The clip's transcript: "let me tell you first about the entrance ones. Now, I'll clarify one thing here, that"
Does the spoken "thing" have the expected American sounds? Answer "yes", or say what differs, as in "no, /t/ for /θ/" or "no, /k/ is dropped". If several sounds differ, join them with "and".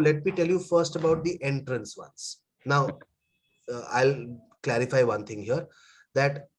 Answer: no, /t/ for /θ/